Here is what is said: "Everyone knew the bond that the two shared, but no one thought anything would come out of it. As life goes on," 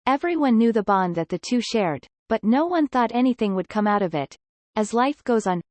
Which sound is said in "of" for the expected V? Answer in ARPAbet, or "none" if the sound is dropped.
V